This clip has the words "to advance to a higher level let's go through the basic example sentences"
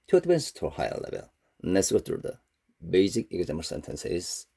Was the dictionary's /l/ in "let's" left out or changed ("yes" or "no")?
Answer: yes